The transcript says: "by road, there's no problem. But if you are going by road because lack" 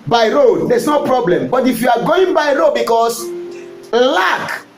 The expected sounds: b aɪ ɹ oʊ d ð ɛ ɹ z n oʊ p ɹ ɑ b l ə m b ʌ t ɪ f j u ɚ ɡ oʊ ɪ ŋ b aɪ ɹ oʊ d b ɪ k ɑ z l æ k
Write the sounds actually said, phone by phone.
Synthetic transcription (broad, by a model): b aɪ ɹ oʊ d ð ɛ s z n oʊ p ɹ ɑ b l ə m b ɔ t ɪ f j u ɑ ɡ oʊ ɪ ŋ b aɪ ɹ oʊ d b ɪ k ɑ s l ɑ k